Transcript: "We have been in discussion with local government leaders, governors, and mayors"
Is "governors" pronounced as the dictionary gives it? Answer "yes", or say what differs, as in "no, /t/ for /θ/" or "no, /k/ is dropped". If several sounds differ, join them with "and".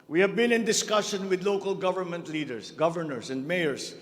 no, /s/ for /z/